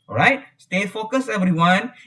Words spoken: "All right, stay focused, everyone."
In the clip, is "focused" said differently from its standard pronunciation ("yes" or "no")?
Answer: yes